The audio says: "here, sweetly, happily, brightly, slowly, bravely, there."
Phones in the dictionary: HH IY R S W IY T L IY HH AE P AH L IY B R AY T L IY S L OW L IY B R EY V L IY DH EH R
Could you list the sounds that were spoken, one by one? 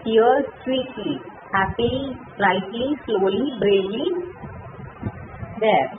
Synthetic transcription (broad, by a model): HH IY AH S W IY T L IY HH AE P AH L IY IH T L IY S L OW L IY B R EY L IY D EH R